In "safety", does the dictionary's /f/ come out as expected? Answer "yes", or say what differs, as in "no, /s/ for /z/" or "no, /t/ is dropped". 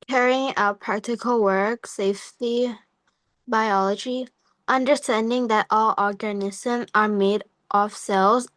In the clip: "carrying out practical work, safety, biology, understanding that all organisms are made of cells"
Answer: yes